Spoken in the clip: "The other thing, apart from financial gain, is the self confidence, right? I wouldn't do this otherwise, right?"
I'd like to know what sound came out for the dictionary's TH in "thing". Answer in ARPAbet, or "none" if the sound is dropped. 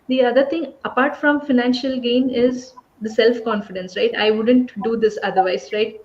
T